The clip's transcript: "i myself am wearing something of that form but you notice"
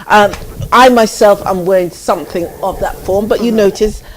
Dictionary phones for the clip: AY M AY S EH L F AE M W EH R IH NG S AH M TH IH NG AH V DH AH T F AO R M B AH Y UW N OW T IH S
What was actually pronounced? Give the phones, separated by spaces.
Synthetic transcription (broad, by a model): AY M AY S EH L F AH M W EH R IH NG S AH M TH IH NG AH V DH AH T F AO R M B AH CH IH N OW T IH S